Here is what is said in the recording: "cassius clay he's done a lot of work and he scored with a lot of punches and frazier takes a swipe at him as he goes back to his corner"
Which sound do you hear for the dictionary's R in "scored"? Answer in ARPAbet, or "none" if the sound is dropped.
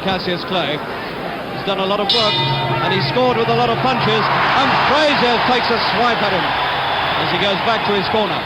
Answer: R